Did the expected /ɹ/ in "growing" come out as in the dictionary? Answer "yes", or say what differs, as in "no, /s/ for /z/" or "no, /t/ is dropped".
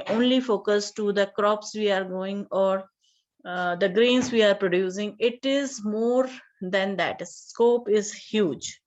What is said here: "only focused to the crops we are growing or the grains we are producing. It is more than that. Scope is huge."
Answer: no, /ɹ/ is dropped